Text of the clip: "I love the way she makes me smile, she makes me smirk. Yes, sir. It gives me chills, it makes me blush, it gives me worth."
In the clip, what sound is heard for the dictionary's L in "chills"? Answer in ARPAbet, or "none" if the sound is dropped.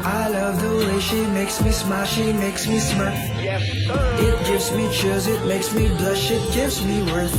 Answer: none